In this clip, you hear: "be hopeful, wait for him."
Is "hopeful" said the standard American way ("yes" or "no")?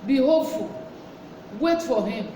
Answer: no